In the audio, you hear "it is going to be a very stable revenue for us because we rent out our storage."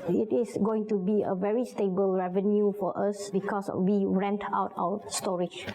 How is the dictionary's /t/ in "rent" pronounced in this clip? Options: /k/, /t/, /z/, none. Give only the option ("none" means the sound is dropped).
/t/